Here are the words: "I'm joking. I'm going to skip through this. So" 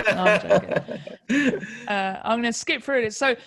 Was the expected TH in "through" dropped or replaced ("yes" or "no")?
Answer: yes